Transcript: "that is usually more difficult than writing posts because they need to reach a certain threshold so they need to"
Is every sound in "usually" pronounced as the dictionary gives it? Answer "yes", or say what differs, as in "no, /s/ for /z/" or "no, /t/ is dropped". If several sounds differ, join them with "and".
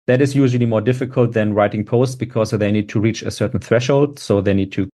yes